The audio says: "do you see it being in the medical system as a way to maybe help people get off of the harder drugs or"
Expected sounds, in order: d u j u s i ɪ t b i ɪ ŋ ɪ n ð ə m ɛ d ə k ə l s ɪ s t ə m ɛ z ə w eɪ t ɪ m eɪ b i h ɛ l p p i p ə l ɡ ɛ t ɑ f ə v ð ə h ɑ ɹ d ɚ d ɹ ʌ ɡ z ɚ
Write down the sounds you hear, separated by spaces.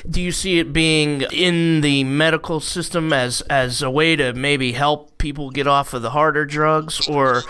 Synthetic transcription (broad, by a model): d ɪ j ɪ s i ɪ t b i ɪ ŋ ɪ n ð ə m ɛ d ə k l s ɪ s t ə m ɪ z ə w eɪ t ɪ m eɪ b i h ɛ l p p i p l ɡ ɛ t ɑ f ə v ð ə h ɑ ɹ d ɚ d ɹ ʌ ɡ z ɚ